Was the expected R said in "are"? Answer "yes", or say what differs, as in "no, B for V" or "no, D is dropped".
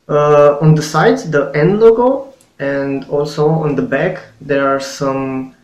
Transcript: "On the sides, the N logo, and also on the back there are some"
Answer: yes